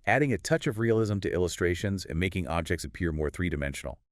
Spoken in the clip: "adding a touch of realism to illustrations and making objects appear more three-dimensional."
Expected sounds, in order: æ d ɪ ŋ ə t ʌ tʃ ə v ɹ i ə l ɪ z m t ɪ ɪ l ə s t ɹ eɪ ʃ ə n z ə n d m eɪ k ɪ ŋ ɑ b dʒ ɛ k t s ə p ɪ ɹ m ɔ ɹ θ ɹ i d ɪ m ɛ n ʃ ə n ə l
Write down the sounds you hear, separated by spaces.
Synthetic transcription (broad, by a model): æ d ɪ ŋ ə t ʌ tʃ ə v ɹ i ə l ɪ z m t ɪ ɪ l ə s t ɹ eɪ ʃ ə n z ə n m eɪ k ɪ ŋ ɑ b dʒ ɛ k t s ə p ɪ ɹ m ɔ ɹ θ ɹ i d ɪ m ɛ n ʃ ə n l